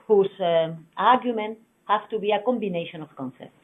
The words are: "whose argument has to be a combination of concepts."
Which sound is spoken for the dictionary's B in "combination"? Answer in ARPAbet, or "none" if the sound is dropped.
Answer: B